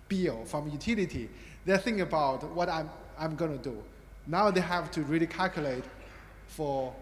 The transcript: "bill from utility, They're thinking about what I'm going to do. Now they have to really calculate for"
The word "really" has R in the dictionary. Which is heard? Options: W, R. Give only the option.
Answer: R